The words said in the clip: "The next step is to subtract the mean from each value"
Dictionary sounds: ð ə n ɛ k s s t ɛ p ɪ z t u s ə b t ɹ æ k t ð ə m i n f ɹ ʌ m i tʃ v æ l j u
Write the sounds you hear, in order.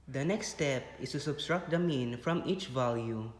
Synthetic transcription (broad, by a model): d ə n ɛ k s s t ɛ p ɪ s t u s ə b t ɹ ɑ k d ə m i n f ɹ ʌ m i tʃ v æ l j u